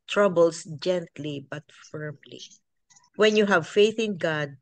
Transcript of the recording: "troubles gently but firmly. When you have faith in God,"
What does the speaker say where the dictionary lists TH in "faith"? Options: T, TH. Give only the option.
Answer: TH